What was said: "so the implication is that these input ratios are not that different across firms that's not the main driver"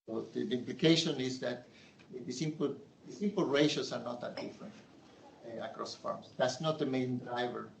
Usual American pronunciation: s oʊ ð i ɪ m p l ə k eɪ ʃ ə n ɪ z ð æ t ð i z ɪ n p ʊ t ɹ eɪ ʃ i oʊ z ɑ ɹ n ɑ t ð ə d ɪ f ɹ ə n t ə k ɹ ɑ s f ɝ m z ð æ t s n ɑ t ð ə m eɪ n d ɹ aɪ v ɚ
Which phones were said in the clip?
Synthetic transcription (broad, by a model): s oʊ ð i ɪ m p l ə k eɪ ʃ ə n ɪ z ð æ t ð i s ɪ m p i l ɹ eɪ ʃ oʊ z ɑ ɹ n ɑ t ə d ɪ f ɹ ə n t ə k ɹ ɑ s f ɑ m s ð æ t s n ɑ t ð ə m eɪ n d ɹ aɪ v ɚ